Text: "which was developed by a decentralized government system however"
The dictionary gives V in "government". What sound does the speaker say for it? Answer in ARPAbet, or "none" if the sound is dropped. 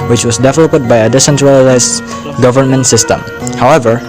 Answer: V